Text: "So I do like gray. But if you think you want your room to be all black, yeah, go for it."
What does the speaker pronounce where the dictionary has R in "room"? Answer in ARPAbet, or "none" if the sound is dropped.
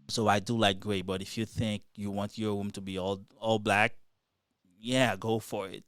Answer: W